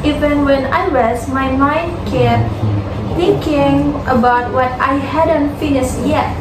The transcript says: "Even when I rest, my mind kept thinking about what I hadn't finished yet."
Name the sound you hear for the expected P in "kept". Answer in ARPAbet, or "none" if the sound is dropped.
none